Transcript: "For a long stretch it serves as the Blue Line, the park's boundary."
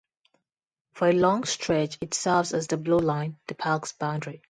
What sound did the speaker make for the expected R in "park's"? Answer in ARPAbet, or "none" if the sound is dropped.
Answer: L